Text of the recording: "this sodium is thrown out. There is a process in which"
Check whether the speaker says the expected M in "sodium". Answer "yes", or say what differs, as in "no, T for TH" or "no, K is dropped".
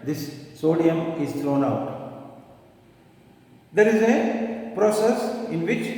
yes